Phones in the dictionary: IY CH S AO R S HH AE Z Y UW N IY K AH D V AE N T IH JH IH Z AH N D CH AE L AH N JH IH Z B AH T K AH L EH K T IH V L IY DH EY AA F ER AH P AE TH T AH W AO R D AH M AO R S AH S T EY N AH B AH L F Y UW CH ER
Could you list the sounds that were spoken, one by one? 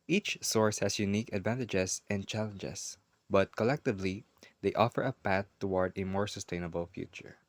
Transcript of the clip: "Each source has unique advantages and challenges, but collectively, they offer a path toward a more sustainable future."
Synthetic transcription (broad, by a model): IY CH S AO R S HH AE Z Y UW N IY K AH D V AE N T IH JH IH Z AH N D CH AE L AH N JH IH S B AH T K AH L EH K T IH V L IY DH EY AA F ER AH P AE TH T AH W AO R D AH M AO R S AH S T EY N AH B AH L F Y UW CH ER